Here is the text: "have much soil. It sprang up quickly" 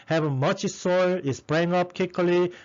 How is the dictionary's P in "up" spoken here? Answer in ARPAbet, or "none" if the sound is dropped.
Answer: P